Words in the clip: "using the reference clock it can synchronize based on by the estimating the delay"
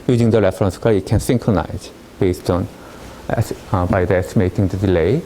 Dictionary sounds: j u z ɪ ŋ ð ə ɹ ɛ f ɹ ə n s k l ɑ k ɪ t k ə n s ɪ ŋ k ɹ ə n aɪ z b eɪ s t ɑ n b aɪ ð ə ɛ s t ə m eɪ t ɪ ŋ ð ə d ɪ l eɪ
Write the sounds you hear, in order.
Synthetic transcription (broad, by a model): j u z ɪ ŋ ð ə ɹ ɛ f ɹ ə n s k ɑ ɪ t k ə n s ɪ ŋ k ɹ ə n aɪ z b eɪ s t ɑ n b aɪ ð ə ɛ s t ə m eɪ t ɪ ŋ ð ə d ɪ l eɪ